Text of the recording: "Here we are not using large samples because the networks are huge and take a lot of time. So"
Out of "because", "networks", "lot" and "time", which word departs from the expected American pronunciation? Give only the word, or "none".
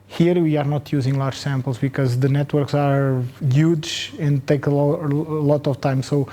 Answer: none